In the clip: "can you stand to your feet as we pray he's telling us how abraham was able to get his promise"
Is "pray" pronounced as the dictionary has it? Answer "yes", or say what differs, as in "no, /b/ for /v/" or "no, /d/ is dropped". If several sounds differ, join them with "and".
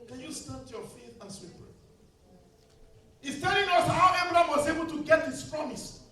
no, /ɹ/ is dropped